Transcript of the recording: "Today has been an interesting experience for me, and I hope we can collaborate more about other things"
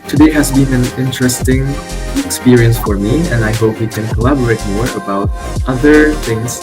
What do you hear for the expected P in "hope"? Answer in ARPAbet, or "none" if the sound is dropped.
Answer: P